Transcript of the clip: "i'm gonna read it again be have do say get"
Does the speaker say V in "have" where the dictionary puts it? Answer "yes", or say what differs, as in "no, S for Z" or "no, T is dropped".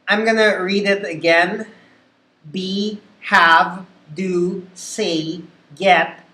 yes